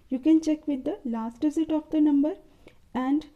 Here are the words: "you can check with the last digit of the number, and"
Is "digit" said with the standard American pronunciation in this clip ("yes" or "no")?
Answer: no